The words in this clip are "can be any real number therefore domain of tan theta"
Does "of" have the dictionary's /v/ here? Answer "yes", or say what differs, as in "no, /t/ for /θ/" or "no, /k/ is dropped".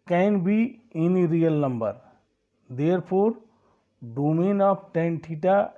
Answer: no, /p/ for /v/